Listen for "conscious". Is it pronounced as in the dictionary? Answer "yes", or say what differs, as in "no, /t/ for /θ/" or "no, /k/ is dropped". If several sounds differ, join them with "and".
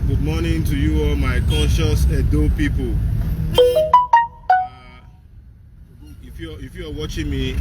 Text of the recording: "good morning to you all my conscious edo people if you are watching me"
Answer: no, /n/ is dropped